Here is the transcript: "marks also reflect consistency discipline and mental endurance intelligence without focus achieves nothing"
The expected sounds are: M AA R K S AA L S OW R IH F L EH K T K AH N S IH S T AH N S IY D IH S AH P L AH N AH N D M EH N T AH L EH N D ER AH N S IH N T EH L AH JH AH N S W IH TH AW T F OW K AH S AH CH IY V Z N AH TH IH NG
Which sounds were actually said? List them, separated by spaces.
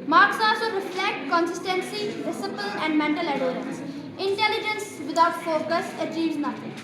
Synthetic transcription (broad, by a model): M AA R K S AA L S OW R IH F L EH K T K AH N S IH S T AH N S IY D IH S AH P AH L AH N D M EH N T AH L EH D D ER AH N S IH N T EH L AH JH AH N S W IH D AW T F OW K AH S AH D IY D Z N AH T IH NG